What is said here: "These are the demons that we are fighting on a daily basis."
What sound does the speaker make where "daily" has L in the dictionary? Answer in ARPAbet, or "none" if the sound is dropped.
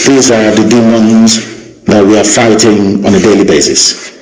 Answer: L